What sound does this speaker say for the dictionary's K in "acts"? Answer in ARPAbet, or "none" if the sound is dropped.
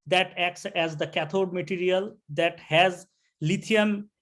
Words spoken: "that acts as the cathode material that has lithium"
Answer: K